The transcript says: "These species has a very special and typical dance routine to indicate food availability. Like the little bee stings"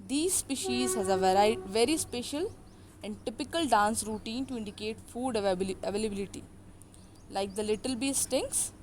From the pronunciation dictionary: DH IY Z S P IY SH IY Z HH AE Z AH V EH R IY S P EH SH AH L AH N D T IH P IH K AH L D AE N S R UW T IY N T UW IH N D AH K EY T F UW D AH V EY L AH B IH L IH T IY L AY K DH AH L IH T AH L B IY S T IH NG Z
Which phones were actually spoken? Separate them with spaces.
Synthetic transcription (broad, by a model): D IY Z S P IY SH IY Z HH AE Z AH V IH R IY S P EH SH AH L AH N D T IH P IH K AH L D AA N S R UW T IY N T UW IH N D AH K EY T F UW D AH V EY L AH B IH L IH T IY L AY K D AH L IH T AH L B IY S T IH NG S